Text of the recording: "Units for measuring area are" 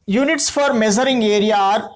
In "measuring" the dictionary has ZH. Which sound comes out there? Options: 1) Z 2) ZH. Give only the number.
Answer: 1